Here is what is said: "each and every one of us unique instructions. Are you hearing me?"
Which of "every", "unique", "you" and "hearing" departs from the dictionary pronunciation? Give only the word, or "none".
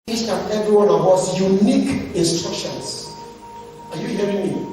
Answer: none